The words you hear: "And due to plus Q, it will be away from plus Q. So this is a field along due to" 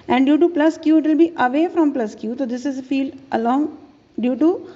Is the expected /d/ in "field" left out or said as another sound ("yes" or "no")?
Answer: no